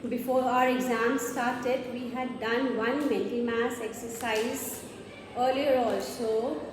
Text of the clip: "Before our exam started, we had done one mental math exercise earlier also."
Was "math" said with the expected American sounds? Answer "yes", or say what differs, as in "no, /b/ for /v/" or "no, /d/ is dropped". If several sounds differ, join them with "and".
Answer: no, /s/ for /θ/